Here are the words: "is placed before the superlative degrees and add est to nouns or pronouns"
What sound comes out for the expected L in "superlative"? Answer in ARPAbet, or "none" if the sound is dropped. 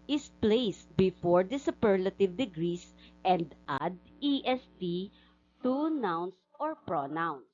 L